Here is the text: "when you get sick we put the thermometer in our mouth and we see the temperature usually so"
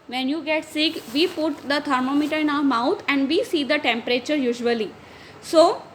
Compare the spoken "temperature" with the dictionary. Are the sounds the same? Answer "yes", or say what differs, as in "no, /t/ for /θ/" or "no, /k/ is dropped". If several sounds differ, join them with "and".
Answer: yes